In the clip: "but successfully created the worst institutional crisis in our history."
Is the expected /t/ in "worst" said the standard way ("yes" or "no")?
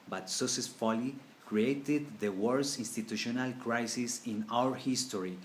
no